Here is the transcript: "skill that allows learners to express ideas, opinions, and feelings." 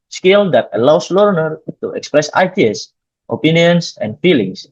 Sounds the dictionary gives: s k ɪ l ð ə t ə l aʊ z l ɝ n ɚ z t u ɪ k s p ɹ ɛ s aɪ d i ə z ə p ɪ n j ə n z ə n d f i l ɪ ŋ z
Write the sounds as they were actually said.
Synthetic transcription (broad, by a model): s k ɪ l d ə t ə l aʊ s l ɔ n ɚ t u ɪ k s p ɹ ɛ s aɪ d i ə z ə p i n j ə n s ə n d f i l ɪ ŋ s